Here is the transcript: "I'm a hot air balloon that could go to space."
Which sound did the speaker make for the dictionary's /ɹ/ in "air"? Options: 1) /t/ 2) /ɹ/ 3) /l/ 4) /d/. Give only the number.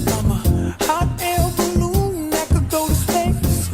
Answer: 3